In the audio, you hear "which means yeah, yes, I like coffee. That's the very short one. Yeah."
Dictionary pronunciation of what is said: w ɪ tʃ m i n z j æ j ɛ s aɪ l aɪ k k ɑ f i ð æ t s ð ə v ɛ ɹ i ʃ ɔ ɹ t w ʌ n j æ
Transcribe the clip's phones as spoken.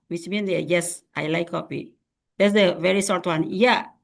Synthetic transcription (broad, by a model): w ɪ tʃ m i n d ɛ j ɛ s aɪ l aɪ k k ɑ p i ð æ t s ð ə v ɛ ɹ i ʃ ɔ ɹ t w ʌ n j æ